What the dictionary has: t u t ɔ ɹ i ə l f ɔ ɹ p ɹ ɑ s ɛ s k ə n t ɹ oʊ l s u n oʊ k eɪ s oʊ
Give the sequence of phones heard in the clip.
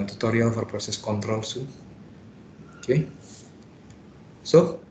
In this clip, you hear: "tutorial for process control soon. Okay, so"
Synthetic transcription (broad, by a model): t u t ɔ ɹ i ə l f ɔ ɹ p ɹ ɑ s ɛ s k ə n t ɹ oʊ l s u oʊ k eɪ s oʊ